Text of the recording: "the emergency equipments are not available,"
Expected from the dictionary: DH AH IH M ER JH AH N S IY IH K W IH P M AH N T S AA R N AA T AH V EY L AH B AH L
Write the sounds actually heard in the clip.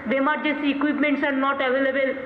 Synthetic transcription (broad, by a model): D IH M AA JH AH S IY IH K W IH P M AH N T S AA R N AA T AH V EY L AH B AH L